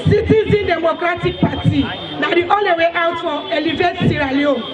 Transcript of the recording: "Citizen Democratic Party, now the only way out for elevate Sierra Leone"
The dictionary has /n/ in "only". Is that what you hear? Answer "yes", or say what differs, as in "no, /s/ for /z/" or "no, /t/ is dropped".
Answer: no, /n/ is dropped